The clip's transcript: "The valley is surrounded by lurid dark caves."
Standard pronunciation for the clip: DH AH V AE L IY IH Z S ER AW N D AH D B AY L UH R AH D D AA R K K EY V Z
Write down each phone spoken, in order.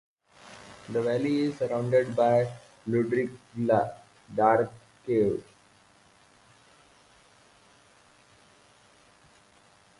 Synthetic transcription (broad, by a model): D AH V AE L IY IH Z S ER AW N D AH D B AY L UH R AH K D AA R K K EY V